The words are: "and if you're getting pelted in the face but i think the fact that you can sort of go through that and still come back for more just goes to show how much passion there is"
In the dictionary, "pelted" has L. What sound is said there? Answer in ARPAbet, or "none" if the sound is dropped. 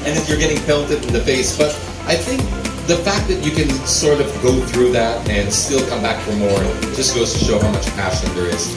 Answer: N